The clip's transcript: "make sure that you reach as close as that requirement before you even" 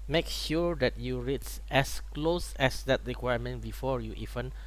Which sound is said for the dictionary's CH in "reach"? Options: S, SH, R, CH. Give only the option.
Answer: S